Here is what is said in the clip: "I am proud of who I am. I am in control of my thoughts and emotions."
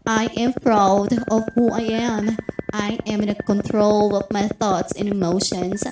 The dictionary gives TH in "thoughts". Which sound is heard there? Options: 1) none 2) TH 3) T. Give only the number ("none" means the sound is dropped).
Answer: 2